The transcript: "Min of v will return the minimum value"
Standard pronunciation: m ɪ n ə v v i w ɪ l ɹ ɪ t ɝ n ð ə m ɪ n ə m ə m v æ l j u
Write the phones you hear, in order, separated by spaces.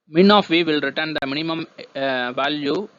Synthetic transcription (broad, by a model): m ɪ n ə f v i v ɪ l ɹ ɪ t ɝ n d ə m ɪ n ə m ə m v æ l j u